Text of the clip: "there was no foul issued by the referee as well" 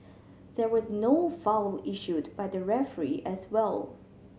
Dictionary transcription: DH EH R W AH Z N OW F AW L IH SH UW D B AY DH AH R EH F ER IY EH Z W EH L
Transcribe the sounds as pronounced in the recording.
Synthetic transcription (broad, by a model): DH EH R W AH Z N OW F AW L IH SH UW D B AY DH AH R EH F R IY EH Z W EH L